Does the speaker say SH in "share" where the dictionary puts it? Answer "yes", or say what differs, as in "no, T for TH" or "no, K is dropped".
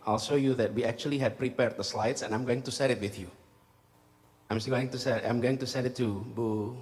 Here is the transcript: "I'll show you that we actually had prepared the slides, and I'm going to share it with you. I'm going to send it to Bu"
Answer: no, S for SH